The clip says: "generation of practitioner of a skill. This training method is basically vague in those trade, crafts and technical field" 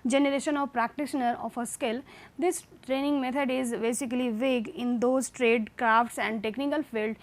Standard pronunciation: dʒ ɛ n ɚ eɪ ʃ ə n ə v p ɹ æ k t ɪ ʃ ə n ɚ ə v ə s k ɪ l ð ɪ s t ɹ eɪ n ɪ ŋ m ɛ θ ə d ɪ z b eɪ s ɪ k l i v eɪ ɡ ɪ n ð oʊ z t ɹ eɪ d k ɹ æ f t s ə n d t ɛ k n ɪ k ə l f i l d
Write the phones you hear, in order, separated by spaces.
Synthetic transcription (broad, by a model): dʒ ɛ n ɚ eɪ ʃ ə n ə v p ɹ æ k t ɪ ʃ ə n ɚ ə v ə s k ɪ l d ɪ s t ɹ eɪ n ɪ ŋ m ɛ t ə d ɪ z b eɪ s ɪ k l i v eɪ ɡ ɪ n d oʊ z t ɹ eɪ d k ɹ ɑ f t s ə n d t ɛ k n ɪ k ə l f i l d